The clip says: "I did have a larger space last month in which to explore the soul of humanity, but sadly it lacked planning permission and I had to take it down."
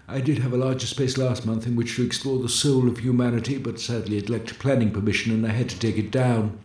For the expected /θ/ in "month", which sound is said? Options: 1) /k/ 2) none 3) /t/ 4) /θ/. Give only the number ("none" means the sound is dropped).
4